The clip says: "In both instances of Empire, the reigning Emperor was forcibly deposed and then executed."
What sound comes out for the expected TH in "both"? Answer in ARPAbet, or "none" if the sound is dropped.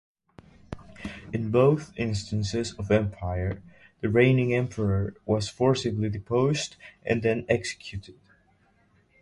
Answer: TH